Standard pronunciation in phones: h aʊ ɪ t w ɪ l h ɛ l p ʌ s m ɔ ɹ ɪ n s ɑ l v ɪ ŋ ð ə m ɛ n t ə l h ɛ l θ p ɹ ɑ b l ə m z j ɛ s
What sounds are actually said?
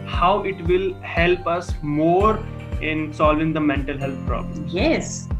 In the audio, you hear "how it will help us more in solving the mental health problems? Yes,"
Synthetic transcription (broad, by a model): h aʊ ɪ t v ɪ l h ɛ l p ʌ s m ɔ ɹ ɪ n s ɑ l v ɪ ŋ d ə m ɛ n t ə l h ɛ l t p ɹ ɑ b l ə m j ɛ s